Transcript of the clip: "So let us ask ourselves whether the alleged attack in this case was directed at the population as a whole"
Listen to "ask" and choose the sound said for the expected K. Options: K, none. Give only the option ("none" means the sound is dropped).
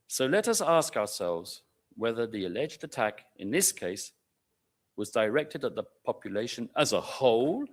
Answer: K